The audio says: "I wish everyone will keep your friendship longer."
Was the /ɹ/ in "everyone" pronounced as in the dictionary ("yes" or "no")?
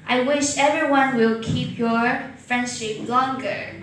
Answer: yes